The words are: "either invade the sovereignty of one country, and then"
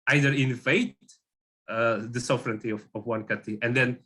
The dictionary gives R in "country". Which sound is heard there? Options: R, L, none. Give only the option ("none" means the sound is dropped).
none